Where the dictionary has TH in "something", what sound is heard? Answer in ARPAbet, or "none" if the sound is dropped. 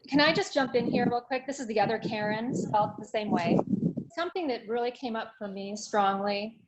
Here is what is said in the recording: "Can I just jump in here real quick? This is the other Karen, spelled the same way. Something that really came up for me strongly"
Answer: TH